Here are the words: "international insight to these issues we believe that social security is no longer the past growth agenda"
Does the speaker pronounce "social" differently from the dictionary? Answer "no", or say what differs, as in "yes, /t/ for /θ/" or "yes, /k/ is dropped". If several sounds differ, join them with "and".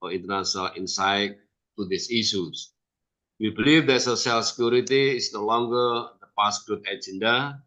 yes, /s/ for /ʃ/